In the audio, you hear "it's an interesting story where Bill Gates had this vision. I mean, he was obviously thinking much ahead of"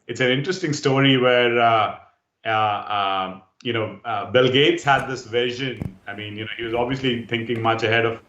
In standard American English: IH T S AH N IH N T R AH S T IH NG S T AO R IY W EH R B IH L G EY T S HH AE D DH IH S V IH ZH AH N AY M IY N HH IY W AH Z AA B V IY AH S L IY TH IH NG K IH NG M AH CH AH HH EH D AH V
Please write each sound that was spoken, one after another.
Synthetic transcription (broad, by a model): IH T S AH N IH N T R AH S T IH NG S T AO R IY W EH R B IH L G EY T S HH AE D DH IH S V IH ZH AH N AY M IY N HH IY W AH Z AA B V IY AH S L IY T IH NG K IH NG M AH CH AH HH EH D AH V